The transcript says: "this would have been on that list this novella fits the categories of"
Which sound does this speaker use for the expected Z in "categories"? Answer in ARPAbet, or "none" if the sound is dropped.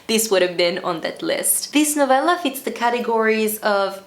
Z